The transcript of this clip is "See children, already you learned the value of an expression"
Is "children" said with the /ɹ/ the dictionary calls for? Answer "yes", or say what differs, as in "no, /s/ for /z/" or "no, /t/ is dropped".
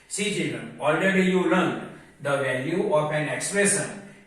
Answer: yes